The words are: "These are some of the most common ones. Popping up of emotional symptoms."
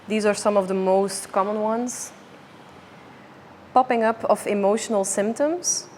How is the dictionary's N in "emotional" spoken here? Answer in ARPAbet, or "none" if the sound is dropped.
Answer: N